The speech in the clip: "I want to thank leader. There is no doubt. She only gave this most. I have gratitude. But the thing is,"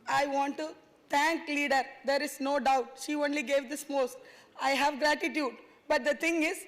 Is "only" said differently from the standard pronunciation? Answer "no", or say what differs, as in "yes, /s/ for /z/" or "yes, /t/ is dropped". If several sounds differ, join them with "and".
no